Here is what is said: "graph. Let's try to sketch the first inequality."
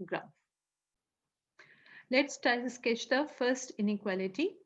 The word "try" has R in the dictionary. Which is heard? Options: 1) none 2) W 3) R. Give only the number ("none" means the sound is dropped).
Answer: 1